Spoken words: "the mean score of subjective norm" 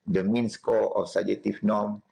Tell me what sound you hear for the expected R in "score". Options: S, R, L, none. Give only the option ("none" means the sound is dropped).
L